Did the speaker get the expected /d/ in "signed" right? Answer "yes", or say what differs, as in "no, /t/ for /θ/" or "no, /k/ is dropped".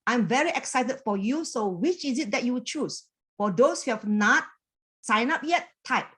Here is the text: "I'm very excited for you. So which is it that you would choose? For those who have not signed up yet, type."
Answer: no, /d/ is dropped